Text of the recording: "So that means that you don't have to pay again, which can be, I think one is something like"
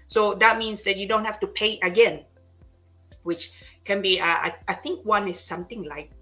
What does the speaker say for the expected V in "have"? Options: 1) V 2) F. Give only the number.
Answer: 2